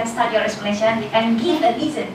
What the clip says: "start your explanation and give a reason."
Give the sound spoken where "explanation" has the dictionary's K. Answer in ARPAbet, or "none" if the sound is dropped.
none